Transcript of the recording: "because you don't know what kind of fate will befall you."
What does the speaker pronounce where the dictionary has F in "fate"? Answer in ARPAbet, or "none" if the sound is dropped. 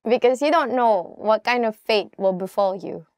F